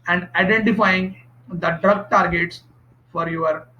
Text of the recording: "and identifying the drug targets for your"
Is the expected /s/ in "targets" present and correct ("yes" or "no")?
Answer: yes